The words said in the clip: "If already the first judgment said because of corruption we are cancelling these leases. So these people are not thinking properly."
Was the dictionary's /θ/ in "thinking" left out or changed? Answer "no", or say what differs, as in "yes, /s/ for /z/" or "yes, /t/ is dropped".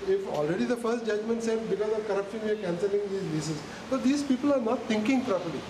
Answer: yes, /t/ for /θ/